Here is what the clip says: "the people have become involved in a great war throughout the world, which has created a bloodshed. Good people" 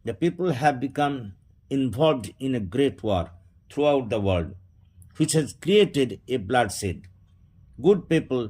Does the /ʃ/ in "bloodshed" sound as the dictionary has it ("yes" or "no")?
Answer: no